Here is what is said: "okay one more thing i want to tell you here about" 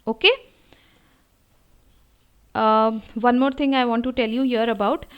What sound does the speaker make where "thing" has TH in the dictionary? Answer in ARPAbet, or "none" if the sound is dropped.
T